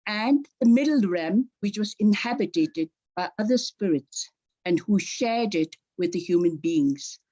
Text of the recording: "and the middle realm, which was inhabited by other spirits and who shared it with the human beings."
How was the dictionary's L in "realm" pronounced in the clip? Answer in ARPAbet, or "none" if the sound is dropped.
none